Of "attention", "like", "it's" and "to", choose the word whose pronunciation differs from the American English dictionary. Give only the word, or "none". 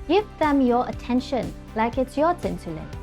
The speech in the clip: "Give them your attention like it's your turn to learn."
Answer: to